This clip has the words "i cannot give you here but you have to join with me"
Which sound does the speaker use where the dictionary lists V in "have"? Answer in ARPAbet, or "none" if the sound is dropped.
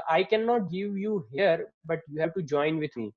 B